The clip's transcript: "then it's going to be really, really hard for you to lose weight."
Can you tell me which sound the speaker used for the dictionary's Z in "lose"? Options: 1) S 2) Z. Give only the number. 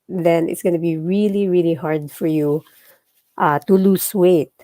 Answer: 1